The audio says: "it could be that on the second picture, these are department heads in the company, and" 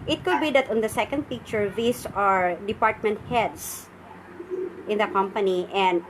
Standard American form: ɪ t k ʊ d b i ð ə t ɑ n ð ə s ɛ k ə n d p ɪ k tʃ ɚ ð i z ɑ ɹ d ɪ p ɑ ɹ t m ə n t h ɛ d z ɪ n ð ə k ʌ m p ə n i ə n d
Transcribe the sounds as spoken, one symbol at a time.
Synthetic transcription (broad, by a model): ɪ t k ʊ d b i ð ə t ɑ n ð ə s ɛ k ə n d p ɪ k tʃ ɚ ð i s ɑ ɹ d ɪ p ɑ ɹ t m ə n t h ɛ d s ɪ n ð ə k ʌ m p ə n i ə n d